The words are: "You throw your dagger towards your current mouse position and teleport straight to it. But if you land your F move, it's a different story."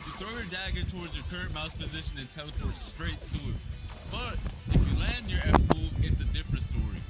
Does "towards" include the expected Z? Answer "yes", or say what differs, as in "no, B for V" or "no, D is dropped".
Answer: yes